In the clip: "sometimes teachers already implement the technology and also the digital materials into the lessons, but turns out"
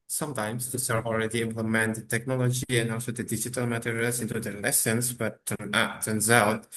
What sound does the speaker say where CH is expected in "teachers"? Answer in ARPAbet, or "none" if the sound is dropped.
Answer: S